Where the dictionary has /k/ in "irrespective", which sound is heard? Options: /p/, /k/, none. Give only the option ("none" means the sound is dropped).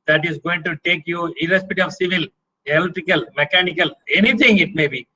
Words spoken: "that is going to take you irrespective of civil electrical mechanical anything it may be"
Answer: none